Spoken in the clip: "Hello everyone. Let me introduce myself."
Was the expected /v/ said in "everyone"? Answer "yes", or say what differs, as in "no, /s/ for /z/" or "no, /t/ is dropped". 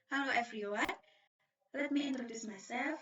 no, /f/ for /v/